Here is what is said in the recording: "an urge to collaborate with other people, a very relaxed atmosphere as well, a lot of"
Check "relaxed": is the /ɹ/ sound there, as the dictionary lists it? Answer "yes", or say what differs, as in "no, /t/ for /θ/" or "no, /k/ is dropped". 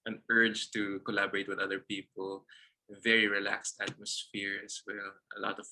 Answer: yes